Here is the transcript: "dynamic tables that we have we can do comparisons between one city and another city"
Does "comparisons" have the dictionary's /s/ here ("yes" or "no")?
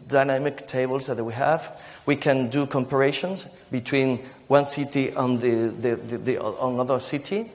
no